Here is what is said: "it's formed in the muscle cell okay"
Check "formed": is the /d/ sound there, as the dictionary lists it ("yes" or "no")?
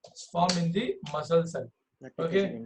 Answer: no